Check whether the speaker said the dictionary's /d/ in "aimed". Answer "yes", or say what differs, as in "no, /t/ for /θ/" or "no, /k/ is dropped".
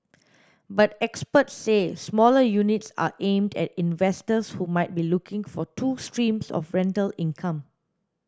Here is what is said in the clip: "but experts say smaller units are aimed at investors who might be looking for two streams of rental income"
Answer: yes